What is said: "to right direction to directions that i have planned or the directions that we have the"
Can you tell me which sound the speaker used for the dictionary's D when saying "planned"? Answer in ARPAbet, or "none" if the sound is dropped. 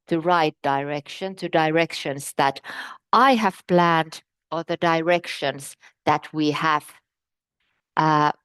D